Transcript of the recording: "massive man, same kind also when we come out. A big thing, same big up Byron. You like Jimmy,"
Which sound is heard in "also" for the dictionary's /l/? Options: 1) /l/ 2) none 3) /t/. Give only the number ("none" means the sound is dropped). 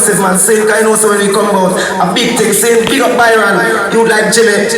2